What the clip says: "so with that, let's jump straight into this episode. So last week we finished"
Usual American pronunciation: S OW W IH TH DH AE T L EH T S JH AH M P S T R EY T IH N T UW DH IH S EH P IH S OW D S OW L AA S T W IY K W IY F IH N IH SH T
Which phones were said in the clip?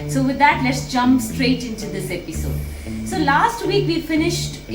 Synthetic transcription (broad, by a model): S OW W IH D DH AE T L EH T S JH AH M P S T R EY T IH N T UW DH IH S EH P IH S OW D S OW L AA S T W IY K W IY F IH N IH SH T